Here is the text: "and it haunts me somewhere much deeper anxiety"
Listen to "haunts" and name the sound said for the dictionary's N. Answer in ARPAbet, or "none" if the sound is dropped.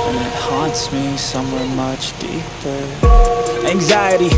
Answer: N